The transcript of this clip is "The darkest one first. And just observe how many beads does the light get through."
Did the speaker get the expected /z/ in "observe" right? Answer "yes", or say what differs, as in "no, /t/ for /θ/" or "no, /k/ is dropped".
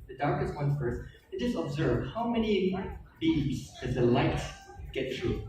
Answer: yes